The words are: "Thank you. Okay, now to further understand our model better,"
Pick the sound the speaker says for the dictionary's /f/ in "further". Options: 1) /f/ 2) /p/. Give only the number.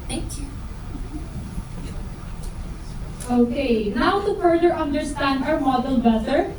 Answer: 2